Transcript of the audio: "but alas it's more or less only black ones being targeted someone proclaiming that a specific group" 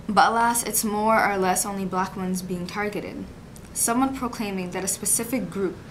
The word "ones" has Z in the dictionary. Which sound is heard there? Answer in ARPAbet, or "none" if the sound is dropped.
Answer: Z